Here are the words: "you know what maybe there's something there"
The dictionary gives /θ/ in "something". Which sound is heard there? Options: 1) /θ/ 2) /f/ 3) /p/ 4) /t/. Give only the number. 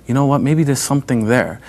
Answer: 1